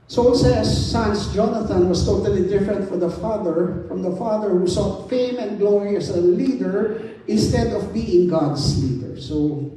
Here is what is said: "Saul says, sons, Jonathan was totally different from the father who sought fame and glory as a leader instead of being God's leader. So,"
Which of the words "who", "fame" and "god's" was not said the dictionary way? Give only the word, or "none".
god's